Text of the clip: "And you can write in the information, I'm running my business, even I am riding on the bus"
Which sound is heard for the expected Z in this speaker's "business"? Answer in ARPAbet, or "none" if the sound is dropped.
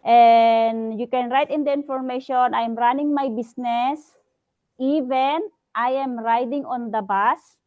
S